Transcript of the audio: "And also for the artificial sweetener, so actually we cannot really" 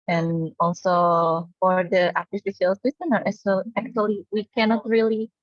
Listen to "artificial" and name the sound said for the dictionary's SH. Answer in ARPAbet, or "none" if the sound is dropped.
S